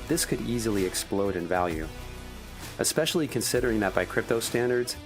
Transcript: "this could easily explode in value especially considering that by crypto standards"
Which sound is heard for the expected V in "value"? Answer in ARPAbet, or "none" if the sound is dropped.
V